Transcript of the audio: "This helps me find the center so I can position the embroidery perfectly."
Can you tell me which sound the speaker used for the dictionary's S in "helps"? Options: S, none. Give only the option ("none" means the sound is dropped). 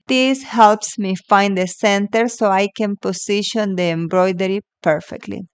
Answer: S